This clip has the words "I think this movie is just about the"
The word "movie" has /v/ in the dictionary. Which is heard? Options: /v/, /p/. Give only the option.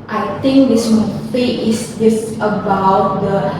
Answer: /p/